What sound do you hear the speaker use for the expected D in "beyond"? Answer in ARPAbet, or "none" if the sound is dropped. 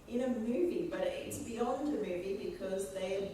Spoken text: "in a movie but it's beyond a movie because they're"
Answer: D